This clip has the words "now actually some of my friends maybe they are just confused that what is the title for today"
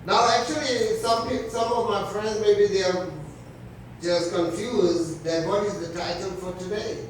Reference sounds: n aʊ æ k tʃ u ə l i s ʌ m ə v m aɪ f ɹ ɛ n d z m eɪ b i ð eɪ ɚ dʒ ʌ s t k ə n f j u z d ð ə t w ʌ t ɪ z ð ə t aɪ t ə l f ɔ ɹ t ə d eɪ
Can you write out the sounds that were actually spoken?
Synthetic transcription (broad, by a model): n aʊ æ k tʃ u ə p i s ʌ m ə v m aɪ f ɹ ɛ n d z m eɪ b i ð eɪ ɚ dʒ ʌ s k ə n f j u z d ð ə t w ʌ t ɪ z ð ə t aɪ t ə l f ɔ ɹ t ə d eɪ